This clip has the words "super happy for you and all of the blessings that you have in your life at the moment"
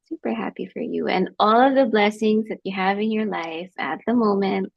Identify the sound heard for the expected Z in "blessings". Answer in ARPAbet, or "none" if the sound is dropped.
Z